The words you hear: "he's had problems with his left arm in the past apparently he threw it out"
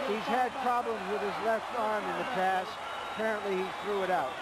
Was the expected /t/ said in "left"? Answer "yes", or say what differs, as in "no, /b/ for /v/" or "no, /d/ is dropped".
yes